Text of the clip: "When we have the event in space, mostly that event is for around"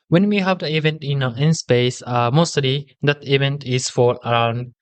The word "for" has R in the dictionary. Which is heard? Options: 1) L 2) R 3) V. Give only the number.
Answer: 1